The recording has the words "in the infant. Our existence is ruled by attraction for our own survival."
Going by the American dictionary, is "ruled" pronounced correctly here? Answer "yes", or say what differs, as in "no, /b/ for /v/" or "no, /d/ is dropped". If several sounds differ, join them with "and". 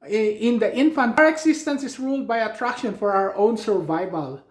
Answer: yes